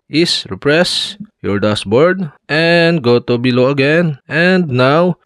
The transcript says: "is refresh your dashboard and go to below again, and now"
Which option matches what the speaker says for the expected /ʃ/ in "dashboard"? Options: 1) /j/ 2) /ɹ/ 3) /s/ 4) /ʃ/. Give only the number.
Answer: 3